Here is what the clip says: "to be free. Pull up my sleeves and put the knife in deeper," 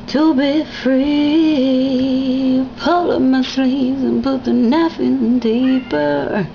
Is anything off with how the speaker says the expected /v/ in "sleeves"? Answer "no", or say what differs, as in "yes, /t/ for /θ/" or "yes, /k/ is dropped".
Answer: yes, /v/ is dropped